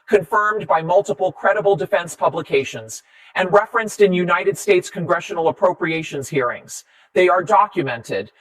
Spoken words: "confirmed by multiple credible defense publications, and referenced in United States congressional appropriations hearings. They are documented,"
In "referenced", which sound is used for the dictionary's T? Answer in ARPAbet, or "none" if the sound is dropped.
T